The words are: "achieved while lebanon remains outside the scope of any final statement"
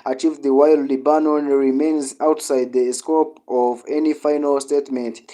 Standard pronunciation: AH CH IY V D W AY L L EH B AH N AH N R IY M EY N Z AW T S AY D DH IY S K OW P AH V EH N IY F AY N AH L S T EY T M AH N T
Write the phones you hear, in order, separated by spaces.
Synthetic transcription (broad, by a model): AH CH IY V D W AY L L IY B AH N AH N R IY M EY N Z AW T S AY D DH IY S K OW P AH V EH N IY F AY N AH L S T EY T M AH N T